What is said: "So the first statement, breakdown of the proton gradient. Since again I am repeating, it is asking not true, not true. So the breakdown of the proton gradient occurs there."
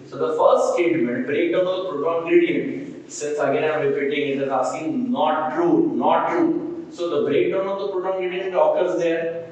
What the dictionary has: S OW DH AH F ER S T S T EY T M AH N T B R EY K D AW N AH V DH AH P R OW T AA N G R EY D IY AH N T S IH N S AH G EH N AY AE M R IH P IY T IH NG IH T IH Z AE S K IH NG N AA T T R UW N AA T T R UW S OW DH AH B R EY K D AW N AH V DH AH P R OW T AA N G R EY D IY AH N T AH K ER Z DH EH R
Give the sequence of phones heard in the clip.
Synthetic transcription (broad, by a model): S OW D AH F ER S T S T EY T M AH N T B R EY K D AW N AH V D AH P R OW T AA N G R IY D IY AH N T S IH N S AH G EH N AY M R IH P IY T IH NG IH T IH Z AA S IH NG N AA T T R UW N AA T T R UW S OW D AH B R EY K D AW N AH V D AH P R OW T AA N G R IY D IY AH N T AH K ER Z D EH R